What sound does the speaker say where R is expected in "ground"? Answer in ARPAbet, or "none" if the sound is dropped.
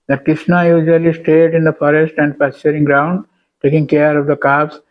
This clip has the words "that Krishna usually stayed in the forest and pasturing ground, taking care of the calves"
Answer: R